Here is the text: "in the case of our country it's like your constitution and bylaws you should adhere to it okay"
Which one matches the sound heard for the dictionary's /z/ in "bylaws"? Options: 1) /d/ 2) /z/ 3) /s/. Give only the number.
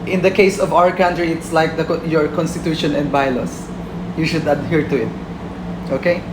3